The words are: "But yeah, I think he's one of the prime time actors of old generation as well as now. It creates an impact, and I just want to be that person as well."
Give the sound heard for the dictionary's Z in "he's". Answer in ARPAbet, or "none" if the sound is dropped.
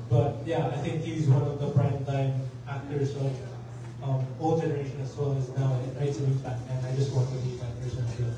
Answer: Z